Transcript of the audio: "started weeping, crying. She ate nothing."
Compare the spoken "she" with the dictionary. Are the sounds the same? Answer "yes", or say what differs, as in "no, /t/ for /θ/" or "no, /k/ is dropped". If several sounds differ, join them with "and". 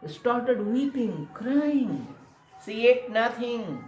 no, /s/ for /ʃ/